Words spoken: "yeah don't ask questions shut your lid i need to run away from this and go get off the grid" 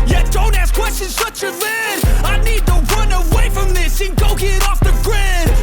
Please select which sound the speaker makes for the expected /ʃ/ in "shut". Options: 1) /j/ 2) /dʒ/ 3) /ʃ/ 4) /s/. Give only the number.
4